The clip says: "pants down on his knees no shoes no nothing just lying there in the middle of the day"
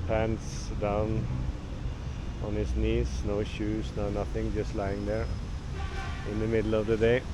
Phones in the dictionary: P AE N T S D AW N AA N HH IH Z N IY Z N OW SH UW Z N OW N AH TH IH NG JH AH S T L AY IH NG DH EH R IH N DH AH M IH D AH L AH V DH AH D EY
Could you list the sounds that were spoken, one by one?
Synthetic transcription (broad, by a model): P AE N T S D AW N AA N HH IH S N IY S N OW SH UW S N OW N AH TH IH NG JH AH S T L AY IH NG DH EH R IH N DH AH M IH D L AH V DH AH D EY